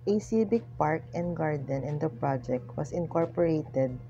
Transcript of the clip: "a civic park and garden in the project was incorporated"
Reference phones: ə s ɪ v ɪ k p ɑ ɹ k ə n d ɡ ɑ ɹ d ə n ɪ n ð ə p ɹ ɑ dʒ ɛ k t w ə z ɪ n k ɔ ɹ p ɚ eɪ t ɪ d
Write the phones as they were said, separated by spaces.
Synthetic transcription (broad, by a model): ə s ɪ b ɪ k p ɑ ɹ k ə n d ɡ ɑ ɹ d ə n ɪ n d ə p ɹ ɑ dʒ ɛ k t w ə s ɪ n k ɔ ɹ p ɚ eɪ t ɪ d